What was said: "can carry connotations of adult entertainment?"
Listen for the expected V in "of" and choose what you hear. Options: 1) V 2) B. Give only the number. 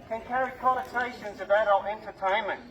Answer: 2